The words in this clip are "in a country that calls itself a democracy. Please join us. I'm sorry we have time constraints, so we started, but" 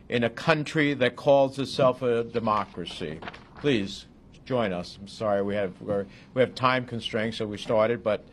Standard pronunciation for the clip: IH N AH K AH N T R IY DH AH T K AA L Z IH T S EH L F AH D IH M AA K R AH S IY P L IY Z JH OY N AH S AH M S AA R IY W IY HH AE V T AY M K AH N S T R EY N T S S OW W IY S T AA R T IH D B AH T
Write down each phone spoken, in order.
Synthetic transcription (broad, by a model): IH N AH K AH N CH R IY DH AH T K AA L Z IH T S EH L F AH D IH M AA K R AH S IY P L IY Z JH OY N AH S AH M S AA R IY W IY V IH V T AY M K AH N S T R EY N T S S OW W IY S T AA R T IH D B AH T